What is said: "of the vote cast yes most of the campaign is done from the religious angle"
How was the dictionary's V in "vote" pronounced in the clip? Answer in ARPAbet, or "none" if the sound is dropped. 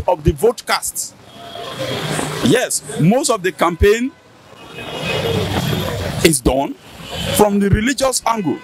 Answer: V